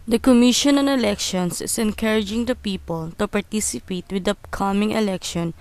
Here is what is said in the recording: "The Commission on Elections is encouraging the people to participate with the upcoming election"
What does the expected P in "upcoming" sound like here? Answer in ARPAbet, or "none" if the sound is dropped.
none